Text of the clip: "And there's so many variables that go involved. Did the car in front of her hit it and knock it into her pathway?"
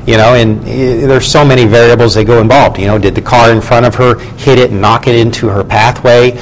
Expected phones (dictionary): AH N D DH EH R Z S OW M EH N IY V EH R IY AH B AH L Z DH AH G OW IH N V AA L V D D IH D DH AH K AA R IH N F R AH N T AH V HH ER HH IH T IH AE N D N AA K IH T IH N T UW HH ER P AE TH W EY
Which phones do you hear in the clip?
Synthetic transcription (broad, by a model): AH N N DH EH R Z S OW M EH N IY V EH R IY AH B L Z DH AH G OW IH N V AA L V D D IH D DH AH K AA R IH N F R AH T AH V ER HH IH T IH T N AA K IH T IH N T UW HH ER P AE TH W EY